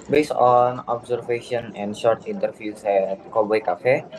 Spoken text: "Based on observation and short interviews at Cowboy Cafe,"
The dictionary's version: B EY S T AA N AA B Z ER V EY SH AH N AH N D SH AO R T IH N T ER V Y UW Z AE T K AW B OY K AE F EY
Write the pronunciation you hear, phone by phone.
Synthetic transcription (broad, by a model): B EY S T AA N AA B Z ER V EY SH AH N AH N D SH AO R T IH N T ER F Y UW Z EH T K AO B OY K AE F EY